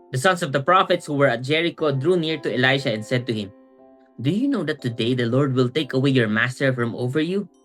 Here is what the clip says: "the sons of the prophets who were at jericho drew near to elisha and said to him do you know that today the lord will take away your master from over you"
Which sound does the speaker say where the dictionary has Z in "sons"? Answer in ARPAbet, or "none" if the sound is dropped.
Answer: S